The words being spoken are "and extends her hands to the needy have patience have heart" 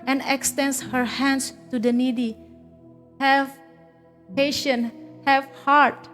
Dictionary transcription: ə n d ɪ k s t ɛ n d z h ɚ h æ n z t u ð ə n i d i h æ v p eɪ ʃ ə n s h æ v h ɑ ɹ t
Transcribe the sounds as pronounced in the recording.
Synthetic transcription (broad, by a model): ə n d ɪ k s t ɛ n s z h ɚ h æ n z t u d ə n i d i h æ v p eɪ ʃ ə n h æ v h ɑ ɹ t